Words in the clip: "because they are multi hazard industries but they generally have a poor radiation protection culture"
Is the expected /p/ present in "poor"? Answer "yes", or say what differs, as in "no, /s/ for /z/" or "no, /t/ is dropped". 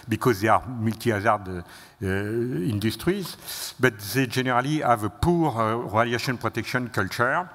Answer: yes